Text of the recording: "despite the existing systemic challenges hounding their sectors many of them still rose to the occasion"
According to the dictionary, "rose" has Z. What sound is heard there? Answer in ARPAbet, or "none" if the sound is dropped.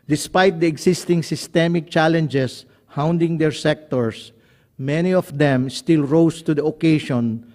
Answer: S